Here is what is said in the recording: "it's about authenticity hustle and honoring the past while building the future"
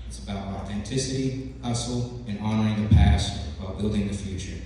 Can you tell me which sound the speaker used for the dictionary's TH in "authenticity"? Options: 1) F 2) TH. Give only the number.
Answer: 2